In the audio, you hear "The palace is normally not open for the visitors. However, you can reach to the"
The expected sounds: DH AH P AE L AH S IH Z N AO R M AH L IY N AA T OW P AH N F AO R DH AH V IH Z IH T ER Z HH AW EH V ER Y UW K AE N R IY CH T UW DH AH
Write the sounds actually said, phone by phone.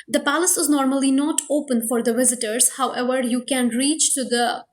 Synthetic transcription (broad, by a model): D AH P AE L AH S IH Z N AO R M AH L IY N AA T OW P AH N F AO R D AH V IH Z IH T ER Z HH AW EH V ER Y UW K AE N R IY CH T UW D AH